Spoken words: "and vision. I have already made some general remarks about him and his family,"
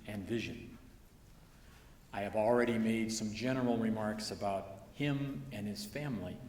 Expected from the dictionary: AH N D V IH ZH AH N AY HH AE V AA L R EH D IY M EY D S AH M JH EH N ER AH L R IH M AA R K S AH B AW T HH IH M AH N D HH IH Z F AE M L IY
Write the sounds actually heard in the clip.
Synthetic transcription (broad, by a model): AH N V IH ZH AH N AY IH V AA L R EH D IY M EY D S AH M JH EH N ER L R IH M AA R K S AH B AW T HH IH M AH N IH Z F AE M L IY